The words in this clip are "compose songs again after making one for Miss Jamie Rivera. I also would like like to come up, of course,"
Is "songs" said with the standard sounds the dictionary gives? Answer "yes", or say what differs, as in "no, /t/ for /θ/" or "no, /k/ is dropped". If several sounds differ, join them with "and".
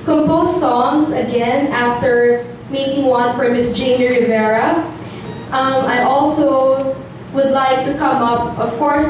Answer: yes